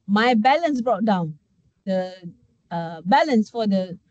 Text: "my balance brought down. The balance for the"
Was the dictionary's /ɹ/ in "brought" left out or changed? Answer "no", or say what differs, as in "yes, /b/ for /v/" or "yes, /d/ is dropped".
no